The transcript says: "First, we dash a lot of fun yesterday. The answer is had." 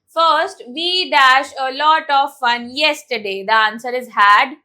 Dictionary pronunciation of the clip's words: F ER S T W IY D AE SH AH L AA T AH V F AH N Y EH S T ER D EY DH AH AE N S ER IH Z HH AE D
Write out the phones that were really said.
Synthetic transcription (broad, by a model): F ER S T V IY D AE SH AH L AA T AH V F AH N Y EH S T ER D EY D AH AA N S ER IH Z HH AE D